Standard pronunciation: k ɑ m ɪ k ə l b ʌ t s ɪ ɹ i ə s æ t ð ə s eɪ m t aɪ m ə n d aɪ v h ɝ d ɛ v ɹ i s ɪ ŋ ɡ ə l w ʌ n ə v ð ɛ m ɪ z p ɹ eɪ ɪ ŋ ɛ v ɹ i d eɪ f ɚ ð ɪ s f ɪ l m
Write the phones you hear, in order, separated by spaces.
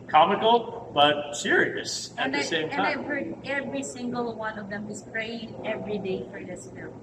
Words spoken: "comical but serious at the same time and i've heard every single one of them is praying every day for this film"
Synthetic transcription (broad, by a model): k ɑ m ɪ k l b ʌ t s ɪ ɹ i ə s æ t ð ə s eɪ m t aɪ ə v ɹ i ɛ v ɹ i s ɪ ŋ ɡ ə l w ʌ n ə v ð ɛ m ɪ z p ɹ eɪ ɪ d ɛ v ɹ i d eɪ f ɚ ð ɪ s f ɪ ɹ